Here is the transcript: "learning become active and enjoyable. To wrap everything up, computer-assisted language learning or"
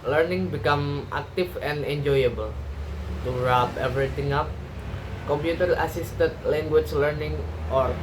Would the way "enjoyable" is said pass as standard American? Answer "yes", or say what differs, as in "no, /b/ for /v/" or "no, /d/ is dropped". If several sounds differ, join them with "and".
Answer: yes